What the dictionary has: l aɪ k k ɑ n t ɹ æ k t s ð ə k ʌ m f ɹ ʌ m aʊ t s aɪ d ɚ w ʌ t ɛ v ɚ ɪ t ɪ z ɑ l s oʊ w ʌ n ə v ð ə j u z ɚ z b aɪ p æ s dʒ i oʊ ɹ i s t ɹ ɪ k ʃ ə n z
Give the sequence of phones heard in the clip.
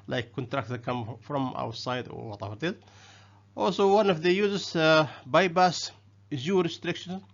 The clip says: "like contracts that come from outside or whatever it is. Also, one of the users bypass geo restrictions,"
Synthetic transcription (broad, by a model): l aɪ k k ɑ n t ɹ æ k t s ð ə k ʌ m f ɹ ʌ m aʊ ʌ s aɪ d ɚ w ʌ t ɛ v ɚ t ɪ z ɑ l s oʊ w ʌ n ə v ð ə j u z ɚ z b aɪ b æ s z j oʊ ɹ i s t ɹ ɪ k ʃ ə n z